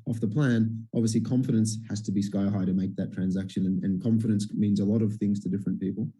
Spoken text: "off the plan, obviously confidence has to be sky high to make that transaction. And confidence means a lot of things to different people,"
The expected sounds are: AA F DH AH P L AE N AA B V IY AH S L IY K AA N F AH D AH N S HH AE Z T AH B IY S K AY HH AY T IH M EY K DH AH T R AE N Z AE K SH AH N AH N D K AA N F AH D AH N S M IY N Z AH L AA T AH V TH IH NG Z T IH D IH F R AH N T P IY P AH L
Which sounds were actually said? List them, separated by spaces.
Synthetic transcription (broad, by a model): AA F DH AH P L AE N AA B V IY AH S L IY K AA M F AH D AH N S HH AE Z T AH B IY S K AY HH AY T IH M EY K DH AH T R AE N Z AE K SH AH N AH N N K AA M F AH D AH N S M IY N Z AH L AA T AH V TH IH NG Z T IH D IH F R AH N P IY P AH L